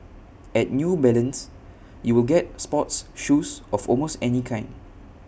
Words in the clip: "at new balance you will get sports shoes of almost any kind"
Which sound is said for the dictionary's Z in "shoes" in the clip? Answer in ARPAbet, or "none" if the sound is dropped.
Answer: S